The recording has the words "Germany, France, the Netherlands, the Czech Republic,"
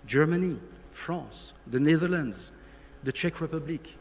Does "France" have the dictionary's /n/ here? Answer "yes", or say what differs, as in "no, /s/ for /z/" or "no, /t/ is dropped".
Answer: no, /n/ is dropped